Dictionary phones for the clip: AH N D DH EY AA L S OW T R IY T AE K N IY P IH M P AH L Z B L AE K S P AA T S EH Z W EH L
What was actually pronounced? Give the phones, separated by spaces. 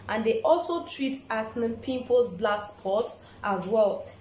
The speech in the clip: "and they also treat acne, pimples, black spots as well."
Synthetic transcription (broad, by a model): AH N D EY AA L S OW T R IY T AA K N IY P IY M P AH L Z B L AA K S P AA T S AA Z W EH L